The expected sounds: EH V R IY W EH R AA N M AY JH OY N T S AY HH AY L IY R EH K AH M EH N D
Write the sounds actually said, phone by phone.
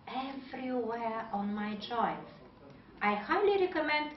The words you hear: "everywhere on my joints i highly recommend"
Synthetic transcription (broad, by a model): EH V R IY W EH R AA N M AY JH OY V T AY HH AY L IY R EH K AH M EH N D